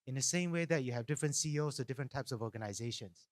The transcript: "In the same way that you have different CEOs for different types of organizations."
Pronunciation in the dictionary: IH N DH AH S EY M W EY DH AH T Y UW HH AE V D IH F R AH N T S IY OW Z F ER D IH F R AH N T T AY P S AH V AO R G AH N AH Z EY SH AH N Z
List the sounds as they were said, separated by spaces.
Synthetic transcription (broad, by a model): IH N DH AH S EY M W EY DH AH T Y UW HH AE V D IH F R AH N T S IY OW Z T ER D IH F R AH N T T AY P S AH V AO G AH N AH Z EY SH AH N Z